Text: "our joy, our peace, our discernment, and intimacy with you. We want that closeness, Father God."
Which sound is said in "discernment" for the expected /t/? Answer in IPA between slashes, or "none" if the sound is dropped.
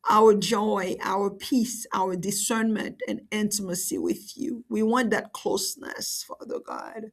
/t/